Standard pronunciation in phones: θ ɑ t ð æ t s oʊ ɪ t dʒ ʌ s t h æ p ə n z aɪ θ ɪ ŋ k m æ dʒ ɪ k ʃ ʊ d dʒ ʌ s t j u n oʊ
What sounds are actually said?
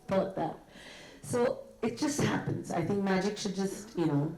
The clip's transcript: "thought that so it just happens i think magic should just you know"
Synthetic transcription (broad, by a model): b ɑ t ð æ t s oʊ ɪ t dʒ ʌ s t h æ p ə n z aɪ θ ɪ ŋ k m æ dʒ ɪ k ʃ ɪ d dʒ ʌ s t j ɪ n oʊ